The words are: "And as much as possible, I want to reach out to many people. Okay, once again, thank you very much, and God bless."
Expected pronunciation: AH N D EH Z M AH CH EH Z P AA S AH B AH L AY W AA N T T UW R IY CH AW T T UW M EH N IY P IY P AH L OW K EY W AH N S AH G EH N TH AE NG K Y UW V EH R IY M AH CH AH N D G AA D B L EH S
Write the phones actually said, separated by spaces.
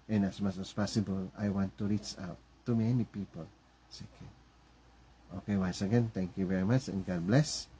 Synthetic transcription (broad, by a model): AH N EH S M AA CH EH S P AA S AH B AH L AY W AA N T T UW R IY CH AW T T UW M EH N IY P IY P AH L OW K EY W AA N S AH G EH N T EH NG K Y UW V EH R IY M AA CH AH N G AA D B L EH S